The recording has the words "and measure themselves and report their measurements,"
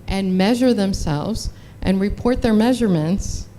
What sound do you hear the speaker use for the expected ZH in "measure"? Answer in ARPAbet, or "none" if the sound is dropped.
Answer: ZH